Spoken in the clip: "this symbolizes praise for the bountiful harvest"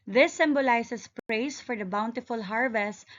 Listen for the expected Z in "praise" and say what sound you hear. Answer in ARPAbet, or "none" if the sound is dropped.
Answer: S